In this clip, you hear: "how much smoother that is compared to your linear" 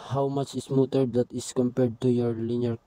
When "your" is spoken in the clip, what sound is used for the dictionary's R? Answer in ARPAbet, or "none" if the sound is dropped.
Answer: R